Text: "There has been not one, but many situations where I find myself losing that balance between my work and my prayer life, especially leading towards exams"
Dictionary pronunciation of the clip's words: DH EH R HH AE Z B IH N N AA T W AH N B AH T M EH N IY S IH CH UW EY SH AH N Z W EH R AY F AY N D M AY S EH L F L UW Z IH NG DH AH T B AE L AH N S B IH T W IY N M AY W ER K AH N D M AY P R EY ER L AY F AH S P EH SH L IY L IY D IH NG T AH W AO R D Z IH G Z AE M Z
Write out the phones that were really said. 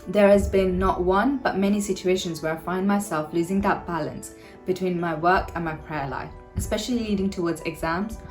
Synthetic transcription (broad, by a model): DH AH R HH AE Z B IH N N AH T W AH N B AH T M EH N IY S IH CH UW EY SH AH N Z W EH R AY F AY N D M AY S EH L F L UW Z IH NG DH AH T B AE L AH N S B IH T W IY N M AY W ER K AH N M AY P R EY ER L AY F AH S P EH SH L IY L IY D IH NG T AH W AO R D Z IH G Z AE M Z